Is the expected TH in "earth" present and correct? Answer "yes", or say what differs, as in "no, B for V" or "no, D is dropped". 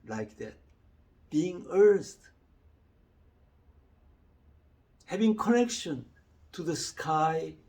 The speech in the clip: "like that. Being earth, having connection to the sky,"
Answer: no, T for TH